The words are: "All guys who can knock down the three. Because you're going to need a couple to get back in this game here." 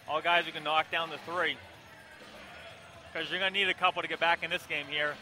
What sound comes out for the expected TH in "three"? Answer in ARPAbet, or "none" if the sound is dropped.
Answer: TH